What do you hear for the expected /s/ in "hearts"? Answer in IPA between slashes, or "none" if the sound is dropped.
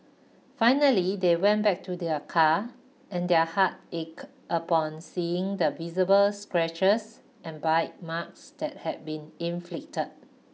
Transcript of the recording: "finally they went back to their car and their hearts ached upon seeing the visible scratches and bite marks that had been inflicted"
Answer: none